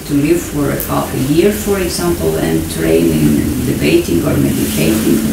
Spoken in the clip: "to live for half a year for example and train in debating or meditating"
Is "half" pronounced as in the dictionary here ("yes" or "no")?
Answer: no